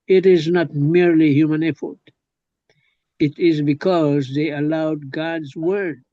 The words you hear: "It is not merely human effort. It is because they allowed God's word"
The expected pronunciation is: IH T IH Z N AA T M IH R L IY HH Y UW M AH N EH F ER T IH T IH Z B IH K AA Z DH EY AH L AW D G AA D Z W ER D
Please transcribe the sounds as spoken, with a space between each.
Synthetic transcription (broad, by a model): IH T IH Z N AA T M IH R L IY HH Y UW M AH N EH F ER T IH T IH Z B IH K AA Z DH EY AH L AW D G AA D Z W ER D